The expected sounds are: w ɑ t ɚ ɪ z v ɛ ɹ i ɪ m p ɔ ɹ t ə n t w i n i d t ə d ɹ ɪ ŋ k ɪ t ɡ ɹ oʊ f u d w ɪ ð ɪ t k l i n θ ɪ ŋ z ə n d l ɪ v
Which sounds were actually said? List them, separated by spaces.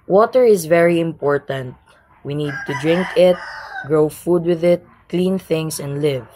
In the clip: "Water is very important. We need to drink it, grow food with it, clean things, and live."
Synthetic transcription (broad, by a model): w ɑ t ɚ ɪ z v ɛ ɹ i ɪ m p ɔ ɹ t ə n t w i n i d t ə d ɹ ɪ ŋ k ɪ t ɡ ɹ oʊ f u d w ɪ ð ɪ t k l i n θ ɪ ŋ s ə n d l ɪ v